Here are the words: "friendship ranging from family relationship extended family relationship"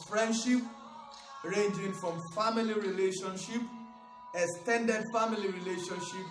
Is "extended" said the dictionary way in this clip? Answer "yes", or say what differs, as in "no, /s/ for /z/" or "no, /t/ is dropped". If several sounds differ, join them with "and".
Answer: no, /k/ is dropped